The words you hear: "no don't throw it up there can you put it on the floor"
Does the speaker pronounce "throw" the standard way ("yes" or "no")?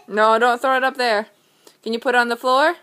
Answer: yes